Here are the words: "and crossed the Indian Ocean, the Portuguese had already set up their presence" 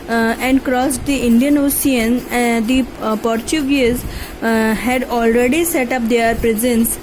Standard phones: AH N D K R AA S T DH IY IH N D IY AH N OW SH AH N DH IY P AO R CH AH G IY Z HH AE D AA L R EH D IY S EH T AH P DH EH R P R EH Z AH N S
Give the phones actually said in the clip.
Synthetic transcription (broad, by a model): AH N D K R AA S T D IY IH N D IY AH N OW S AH N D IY P AO R CH AH G IY Z HH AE D AA L R EH D IY S EH T AH P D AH R P R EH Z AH N S